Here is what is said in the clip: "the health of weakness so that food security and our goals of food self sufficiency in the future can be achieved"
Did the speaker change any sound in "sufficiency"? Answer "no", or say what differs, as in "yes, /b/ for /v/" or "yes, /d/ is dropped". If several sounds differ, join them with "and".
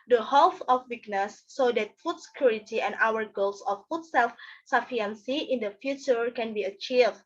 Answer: yes, /ʃ/ is dropped